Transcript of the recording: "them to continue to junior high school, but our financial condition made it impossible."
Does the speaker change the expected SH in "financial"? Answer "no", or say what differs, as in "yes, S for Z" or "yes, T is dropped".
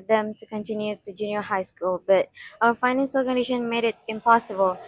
yes, S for SH